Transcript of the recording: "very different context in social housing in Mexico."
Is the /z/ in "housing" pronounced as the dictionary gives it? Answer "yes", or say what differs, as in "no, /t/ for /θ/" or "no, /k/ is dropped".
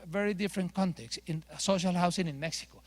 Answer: no, /s/ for /z/